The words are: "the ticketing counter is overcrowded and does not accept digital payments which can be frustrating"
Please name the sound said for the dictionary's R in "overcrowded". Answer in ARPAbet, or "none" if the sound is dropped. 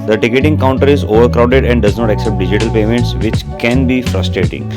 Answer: R